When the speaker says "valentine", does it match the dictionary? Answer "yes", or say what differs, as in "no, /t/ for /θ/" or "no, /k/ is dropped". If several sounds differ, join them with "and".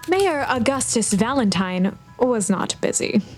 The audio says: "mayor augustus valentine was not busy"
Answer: yes